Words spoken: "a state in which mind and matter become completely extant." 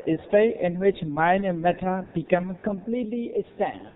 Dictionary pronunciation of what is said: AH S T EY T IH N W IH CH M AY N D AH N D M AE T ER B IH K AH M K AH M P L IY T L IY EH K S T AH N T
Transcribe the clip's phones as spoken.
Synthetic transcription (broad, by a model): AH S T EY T IH N W IH CH M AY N AH M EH T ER B IH K AH M K AH M P L IY T L IY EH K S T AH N